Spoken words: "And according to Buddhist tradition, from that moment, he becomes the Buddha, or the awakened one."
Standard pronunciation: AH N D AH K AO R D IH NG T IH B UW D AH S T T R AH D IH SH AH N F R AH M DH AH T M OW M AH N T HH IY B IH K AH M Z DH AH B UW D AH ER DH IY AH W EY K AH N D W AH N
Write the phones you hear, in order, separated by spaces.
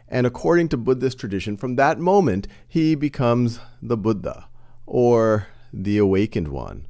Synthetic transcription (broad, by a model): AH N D AH K AO R D IH NG T IH B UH D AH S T T R AH D IH SH AH N F R AH M DH AH T M OW M AH N T HH IY B IH K AH M Z DH AH B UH D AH ER DH IY AH W EY K AH N D W AH N